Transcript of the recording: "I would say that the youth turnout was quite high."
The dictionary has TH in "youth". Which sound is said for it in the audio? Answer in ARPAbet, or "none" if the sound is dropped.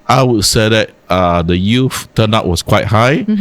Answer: F